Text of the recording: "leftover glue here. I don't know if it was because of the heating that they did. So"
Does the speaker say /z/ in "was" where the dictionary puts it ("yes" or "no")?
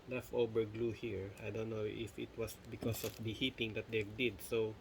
no